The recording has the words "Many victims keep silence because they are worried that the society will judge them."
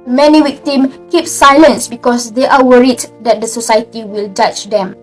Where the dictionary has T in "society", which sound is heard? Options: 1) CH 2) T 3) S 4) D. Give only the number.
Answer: 2